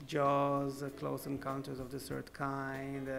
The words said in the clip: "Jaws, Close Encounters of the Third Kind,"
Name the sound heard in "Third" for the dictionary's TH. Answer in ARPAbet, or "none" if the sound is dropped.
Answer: S